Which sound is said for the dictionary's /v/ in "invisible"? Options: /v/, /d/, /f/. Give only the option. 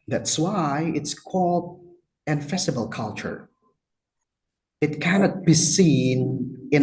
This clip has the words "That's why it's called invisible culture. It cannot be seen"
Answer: /f/